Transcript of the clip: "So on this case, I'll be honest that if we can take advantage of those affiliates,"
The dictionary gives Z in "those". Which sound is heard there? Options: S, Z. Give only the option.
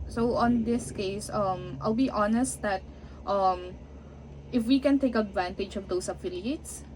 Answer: S